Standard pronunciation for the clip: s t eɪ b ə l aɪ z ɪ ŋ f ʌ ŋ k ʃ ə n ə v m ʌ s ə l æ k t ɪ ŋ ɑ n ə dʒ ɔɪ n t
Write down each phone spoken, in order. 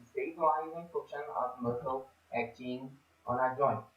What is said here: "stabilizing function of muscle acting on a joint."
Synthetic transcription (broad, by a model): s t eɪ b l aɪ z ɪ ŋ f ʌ k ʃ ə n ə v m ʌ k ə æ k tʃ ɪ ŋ ɑ n ə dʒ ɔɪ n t